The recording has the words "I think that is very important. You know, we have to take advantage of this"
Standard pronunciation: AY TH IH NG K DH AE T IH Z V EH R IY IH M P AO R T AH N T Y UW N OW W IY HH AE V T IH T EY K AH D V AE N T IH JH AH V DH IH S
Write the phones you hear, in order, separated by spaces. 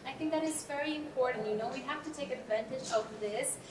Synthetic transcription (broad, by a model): AY TH IH NG K DH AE T IH Z V EH R IY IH M P AO R T N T Y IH N OW W IY HH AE F T IH T EY K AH D V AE N T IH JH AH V DH IH S